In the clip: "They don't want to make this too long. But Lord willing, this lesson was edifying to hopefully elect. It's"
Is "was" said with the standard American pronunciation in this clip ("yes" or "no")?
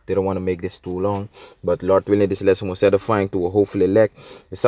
no